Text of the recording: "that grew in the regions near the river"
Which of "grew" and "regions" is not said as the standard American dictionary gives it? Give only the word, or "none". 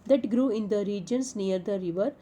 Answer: regions